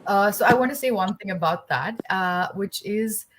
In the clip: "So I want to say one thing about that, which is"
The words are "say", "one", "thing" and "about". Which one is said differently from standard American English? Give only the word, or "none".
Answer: none